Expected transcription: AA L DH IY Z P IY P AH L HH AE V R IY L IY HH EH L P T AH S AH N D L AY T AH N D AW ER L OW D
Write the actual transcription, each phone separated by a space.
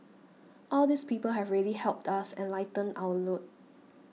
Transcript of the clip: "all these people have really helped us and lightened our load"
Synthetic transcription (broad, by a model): AA L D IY S P IY P AH L HH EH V R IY L IY HH EH L P T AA S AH N L AY T AH N AW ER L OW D